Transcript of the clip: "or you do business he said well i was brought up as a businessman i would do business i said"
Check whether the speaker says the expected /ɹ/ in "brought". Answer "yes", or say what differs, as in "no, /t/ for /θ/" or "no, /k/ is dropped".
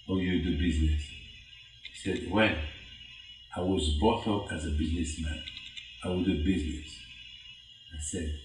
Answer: no, /ɹ/ is dropped